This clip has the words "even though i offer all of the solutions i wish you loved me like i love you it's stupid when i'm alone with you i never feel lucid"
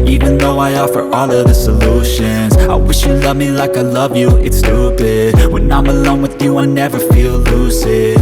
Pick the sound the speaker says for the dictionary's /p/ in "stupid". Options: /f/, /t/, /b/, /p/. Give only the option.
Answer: /b/